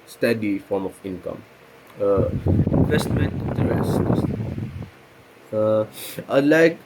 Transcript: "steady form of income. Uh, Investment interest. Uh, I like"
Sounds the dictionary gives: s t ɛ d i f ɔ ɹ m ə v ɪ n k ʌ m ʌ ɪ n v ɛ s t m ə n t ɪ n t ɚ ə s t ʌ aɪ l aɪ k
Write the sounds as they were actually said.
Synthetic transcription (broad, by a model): s t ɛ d i f ɔ ɹ m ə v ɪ n k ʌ m ʌ ɪ n v ɛ s t m ə n t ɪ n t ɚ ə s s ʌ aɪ l aɪ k